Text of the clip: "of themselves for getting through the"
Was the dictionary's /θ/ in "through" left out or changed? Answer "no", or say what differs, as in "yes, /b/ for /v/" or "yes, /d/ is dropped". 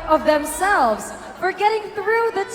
no